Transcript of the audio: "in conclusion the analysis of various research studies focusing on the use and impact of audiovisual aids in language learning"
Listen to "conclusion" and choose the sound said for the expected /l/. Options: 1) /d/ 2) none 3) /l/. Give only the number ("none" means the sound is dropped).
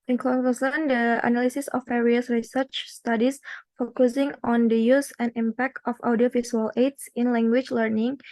2